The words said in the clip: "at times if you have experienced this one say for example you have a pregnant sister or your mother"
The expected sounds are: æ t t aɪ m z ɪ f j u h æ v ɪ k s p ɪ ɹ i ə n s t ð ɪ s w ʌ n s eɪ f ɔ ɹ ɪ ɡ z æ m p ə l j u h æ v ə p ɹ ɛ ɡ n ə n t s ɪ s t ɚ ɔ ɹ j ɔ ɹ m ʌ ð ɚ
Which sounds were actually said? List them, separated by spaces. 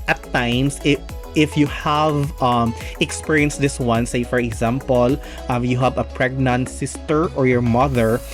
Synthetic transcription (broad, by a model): t t aɪ m s ɪ f j u h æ v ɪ k s p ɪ ɹ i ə n s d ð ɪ s w ʌ n s eɪ f ɔ ɹ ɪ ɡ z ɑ m p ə l j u h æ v ə p ɹ ɛ ɡ n ə n t s ɪ s t ɚ ɔ ɹ j ɔ ɹ m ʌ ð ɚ